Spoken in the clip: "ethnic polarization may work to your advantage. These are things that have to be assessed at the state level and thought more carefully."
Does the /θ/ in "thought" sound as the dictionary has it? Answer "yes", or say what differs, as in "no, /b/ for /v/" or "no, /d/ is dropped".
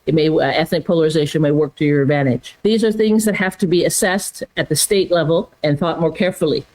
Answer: yes